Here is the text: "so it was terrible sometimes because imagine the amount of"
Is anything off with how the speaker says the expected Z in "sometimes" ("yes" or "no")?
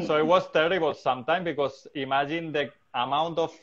yes